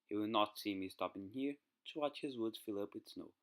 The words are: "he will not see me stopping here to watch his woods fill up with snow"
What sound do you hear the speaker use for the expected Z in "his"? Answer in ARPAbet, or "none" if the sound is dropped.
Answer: Z